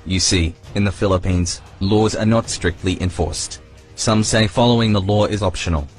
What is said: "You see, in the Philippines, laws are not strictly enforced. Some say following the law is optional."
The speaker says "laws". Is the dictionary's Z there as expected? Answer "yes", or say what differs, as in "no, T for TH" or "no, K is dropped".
yes